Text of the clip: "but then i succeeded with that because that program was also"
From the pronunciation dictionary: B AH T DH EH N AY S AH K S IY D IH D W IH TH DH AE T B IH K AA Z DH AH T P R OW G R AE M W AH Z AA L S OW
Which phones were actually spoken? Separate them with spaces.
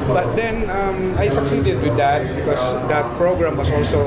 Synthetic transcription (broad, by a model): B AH T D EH N AY S AH K S IY D IH D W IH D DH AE T B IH K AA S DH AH T P R OW G R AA M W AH S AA L S OW